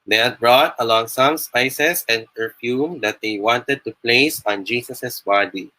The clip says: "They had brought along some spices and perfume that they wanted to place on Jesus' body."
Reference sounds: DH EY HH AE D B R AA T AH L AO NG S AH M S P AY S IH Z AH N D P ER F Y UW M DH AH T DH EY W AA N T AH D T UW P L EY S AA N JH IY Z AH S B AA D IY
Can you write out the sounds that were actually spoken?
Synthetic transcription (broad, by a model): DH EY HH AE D B R AA T AH L AO NG S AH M S P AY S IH S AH N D P ER F Y UW M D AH T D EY W AA N T AH D T UW P L EY S AA N JH IY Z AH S B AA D IY